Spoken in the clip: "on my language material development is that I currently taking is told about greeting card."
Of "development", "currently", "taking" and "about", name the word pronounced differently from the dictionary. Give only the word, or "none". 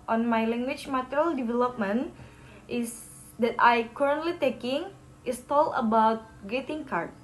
none